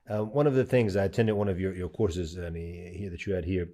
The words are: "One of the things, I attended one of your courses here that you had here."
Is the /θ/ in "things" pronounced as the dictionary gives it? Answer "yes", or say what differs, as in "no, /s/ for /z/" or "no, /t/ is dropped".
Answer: yes